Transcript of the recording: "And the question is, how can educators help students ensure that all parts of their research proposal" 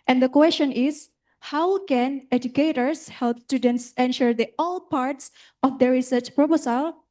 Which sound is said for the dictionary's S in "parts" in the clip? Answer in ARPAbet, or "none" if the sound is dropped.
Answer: S